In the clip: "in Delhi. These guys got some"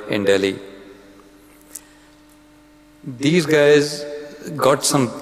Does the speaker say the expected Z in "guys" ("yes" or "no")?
yes